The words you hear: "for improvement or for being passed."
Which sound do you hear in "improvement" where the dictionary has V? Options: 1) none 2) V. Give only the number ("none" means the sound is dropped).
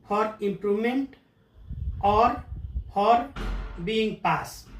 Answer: 1